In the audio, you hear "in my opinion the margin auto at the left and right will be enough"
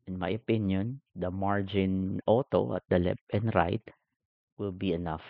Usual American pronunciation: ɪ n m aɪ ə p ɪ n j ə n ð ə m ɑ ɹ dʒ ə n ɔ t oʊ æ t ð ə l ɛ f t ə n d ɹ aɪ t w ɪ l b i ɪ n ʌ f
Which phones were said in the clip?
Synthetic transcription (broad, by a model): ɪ n m aɪ ə p ɪ n j ə n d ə m ɑ ɹ dʒ ə n ɔ t oʊ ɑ t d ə l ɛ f ə n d ɹ aɪ t w ɪ l b i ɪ n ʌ f